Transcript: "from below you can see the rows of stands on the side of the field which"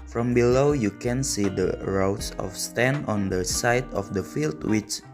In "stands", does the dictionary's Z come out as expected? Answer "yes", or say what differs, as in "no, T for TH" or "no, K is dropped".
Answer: no, Z is dropped